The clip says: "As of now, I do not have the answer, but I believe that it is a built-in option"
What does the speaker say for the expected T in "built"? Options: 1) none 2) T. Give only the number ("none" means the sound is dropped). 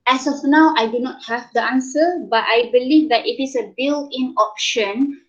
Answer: 1